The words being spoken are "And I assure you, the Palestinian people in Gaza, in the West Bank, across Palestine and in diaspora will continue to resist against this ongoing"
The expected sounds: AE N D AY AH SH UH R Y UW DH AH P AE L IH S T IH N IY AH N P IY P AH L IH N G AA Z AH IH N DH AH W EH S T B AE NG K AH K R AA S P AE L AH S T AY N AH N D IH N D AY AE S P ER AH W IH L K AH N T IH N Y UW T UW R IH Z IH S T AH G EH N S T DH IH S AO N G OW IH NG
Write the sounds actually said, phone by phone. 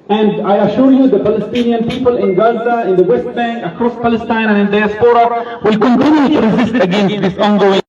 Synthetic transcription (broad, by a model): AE N D AY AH SH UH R Y UW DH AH P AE L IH S T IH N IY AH N P IY P AH L IH N G AA Z AH IH N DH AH W EH S T B AE NG K AH K R AA S P AE L AH S T AY N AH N IH N D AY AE S P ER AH W IH L K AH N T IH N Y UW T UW R IH Z IH S T AH G EH N S T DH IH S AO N G OW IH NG